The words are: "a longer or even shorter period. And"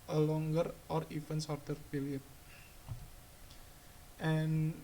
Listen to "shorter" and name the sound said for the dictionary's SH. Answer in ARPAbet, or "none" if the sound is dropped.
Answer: S